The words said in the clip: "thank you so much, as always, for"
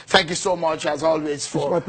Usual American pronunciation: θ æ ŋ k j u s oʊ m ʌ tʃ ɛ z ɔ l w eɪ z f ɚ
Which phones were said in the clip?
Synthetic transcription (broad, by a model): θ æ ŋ k j u s oʊ m ʌ tʃ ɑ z ɔ l w eɪ z f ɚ